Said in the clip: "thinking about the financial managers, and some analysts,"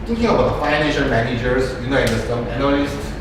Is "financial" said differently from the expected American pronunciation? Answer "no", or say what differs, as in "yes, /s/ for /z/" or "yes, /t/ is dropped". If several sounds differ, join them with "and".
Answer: yes, /n/ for /l/